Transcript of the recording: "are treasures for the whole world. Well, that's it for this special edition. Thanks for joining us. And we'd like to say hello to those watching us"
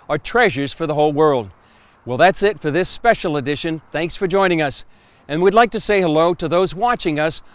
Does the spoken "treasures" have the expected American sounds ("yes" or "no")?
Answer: yes